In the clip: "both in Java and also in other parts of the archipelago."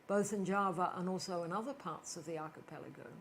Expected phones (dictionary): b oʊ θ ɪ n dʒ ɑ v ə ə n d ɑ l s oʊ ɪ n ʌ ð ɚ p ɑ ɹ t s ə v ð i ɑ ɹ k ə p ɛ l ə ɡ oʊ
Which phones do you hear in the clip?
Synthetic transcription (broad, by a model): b oʊ θ ɪ n dʒ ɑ v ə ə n ɑ l s oʊ ɪ n ʌ ð ɚ p ɑ ɹ t s ə v ð i ɑ ɹ k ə p ɛ l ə ɡ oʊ